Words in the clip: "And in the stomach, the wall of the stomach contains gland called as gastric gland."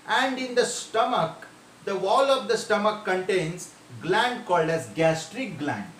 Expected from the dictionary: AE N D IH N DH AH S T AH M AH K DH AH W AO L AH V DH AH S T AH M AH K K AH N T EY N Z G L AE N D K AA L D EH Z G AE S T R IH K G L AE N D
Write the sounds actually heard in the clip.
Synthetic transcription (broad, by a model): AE N D IH N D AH S T AH M AH K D AH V AO L AH V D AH S T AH M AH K K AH N T EY N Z G L AE N D K AA L D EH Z G AE S T R IH K G L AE N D